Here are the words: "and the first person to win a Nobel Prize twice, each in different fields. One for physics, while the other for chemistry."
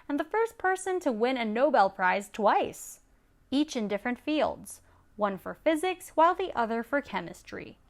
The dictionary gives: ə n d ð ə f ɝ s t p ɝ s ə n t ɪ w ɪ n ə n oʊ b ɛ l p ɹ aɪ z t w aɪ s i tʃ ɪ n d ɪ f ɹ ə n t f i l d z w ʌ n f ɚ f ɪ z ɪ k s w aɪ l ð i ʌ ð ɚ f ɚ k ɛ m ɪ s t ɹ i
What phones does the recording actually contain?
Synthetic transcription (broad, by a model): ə n ð ə f ɝ s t p ɝ s ə n t ɪ w ɪ n ə n oʊ b ɛ l p ɹ aɪ z t w aɪ s i tʃ ɪ n d ɪ f ɹ ə n t f i l d z w ʌ n f ɚ f ɪ z ɪ k s w aɪ l ð i ʌ ð ɚ f ɚ k ɛ m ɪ s t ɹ i